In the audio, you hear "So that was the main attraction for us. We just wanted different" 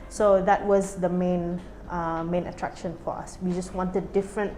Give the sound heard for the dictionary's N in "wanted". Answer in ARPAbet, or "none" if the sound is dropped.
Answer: N